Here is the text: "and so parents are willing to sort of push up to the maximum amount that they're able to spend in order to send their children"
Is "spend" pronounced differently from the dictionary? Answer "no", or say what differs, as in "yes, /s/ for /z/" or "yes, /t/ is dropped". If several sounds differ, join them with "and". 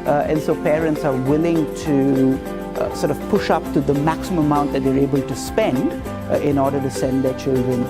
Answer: no